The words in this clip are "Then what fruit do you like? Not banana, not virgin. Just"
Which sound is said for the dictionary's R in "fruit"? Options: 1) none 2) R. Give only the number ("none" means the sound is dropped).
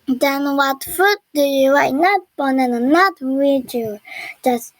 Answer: 1